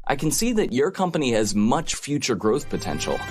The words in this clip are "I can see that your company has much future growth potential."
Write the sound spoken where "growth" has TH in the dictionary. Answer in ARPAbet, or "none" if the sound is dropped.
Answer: TH